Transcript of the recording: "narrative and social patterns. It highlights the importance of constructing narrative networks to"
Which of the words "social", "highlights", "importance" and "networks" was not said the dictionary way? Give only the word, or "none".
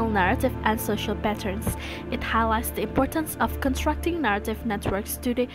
none